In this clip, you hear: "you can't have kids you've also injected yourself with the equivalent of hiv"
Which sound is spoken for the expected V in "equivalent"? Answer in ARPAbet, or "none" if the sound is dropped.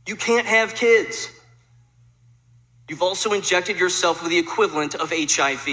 V